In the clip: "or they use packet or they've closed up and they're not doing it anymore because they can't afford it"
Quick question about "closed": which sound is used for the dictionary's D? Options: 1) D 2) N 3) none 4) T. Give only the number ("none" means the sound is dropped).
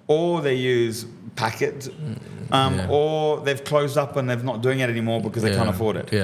1